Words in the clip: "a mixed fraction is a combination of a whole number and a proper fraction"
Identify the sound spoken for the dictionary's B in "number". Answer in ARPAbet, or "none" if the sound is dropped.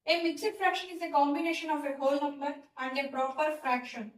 none